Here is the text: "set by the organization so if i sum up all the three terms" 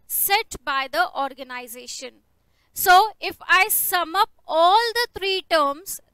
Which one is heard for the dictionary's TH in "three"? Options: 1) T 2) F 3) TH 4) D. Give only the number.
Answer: 1